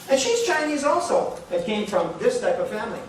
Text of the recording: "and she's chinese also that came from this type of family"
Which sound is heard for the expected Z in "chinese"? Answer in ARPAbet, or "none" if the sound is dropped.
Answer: Z